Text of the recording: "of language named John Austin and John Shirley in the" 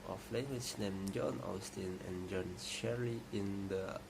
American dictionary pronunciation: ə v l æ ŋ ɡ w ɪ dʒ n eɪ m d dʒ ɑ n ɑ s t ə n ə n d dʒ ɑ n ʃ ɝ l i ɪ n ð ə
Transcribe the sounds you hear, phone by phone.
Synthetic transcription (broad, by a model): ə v l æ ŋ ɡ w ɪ tʃ n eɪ m dʒ ɑ n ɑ s t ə n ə n dʒ ɑ n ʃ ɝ i ɪ n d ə